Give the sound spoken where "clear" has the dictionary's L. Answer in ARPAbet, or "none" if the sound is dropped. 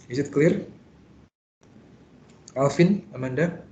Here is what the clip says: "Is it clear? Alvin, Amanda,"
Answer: L